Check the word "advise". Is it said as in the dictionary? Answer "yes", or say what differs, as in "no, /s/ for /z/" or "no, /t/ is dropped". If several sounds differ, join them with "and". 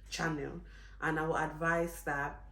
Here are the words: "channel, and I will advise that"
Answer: no, /s/ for /z/